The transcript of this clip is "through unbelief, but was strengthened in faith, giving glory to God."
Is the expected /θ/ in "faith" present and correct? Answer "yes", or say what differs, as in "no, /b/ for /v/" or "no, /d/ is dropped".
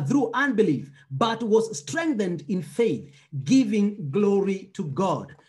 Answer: yes